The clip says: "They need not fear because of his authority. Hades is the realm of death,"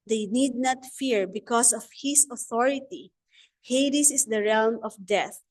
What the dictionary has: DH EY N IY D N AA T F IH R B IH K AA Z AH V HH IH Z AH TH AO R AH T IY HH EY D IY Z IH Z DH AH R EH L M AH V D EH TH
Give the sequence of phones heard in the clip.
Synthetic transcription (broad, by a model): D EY N IY D N AA T F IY R B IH K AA S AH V HH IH S AH TH AO R AH T IY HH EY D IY S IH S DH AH R EH L M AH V D EH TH